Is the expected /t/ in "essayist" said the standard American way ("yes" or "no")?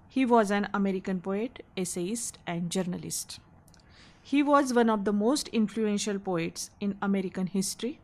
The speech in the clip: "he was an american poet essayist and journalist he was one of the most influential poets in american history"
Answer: yes